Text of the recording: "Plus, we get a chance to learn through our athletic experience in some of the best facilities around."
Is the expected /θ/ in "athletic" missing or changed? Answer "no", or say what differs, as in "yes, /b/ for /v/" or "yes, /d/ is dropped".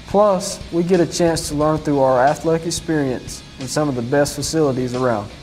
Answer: no